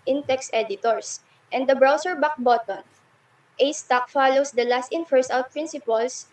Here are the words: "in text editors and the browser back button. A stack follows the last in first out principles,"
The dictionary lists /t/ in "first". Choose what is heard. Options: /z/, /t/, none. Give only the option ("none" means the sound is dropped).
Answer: none